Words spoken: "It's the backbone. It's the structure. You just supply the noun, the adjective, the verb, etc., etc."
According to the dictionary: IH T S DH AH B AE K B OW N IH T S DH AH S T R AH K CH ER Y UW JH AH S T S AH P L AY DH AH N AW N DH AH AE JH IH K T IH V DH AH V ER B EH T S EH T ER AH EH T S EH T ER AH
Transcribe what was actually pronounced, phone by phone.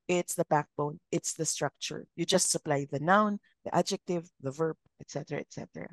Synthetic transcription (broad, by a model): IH T S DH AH B AE K B OW N IH T S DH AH S T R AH K CH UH Y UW JH AH S T S AH P L AY DH AH N AW N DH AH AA JH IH K T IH V DH AH V ER B EH T S EH T ER AH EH T S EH T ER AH